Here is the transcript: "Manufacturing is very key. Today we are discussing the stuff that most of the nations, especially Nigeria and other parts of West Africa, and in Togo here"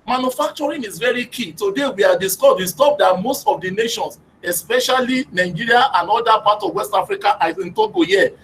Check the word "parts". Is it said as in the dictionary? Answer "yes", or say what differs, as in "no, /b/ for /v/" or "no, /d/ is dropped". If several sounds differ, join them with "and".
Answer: no, /s/ is dropped